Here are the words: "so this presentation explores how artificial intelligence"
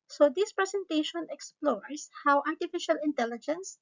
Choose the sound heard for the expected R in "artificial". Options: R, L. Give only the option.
R